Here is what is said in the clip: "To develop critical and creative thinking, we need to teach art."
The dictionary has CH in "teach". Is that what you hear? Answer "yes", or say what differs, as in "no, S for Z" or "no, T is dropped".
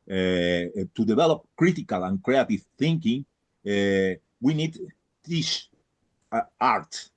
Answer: no, S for CH